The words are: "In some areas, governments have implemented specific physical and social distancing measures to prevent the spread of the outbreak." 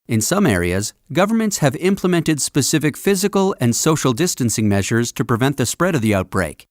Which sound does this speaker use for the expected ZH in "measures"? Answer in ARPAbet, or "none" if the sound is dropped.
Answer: ZH